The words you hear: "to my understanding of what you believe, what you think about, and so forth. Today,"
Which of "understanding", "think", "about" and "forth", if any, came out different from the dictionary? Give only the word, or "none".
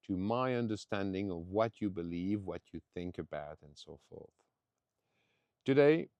none